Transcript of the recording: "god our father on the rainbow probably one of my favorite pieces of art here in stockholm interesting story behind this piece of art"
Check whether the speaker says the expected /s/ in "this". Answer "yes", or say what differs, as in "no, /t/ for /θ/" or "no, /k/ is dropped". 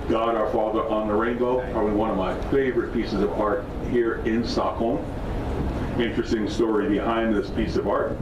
yes